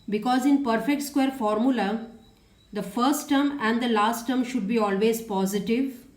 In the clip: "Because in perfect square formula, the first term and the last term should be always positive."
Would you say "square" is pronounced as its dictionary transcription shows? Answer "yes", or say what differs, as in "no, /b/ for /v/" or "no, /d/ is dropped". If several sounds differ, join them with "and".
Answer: yes